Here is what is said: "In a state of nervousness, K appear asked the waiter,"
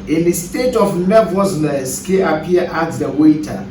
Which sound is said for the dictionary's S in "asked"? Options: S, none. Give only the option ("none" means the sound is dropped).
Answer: none